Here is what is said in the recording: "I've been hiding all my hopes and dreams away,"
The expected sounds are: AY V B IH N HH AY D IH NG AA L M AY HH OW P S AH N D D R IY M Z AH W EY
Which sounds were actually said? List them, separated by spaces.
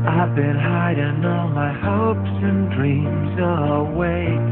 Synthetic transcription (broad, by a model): AY V B IH N HH AY D IH NG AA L M AY HH OW P S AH N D D R IY M Z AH W EY